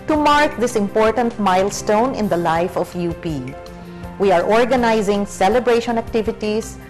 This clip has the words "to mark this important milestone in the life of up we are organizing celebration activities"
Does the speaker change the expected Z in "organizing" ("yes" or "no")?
no